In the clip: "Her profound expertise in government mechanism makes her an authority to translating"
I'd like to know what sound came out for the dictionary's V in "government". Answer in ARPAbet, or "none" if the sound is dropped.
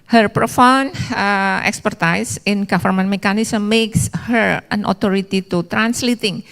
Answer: F